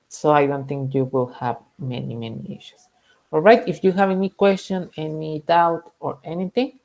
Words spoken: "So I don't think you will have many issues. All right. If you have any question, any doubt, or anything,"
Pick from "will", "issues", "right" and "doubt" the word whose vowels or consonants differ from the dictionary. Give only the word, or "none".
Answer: issues